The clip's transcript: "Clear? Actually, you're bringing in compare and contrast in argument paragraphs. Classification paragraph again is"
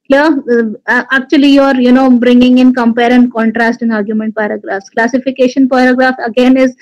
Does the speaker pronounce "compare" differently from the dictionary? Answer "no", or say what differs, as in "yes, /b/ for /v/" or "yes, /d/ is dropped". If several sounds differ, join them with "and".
no